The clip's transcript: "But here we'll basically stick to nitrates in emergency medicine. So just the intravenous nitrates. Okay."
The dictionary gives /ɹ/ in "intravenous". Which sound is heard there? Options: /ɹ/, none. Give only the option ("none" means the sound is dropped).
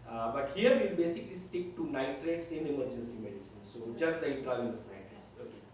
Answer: none